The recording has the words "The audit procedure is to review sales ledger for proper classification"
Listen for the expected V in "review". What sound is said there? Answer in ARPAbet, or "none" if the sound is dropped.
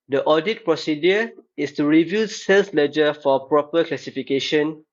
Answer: V